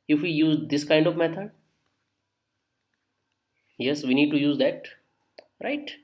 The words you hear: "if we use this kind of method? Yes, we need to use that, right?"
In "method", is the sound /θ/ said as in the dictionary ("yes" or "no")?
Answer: no